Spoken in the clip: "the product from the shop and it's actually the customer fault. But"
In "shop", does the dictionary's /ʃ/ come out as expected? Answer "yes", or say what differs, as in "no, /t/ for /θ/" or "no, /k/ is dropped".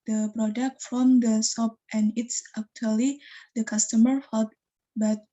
no, /s/ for /ʃ/